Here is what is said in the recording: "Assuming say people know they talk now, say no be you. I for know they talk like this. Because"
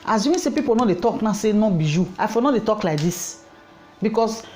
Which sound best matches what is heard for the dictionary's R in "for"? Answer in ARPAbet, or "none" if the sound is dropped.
L